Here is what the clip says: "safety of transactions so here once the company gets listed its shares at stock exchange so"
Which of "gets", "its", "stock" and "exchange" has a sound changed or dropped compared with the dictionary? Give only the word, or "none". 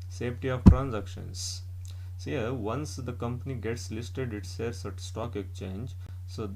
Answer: exchange